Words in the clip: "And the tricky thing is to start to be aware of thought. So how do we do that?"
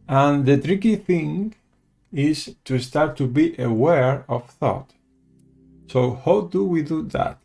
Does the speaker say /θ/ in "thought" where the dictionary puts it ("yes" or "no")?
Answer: yes